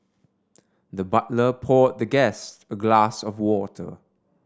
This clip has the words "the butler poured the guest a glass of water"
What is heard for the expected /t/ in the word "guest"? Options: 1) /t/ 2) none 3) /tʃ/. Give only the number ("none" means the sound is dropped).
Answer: 1